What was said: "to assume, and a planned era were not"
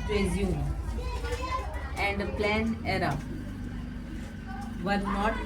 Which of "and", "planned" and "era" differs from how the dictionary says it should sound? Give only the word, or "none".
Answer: planned